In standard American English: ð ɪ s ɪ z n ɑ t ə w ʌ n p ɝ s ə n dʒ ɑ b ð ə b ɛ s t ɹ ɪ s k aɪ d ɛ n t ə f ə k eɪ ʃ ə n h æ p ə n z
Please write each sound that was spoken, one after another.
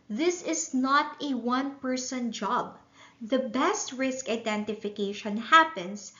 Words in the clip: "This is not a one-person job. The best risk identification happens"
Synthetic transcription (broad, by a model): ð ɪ s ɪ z n ɑ t ə w ʌ n p ɝ s ə n dʒ ɑ b ð ə b ɛ s t ɹ ɪ s k aɪ d ɛ n t ə f ə k eɪ ʃ ə n h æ p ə n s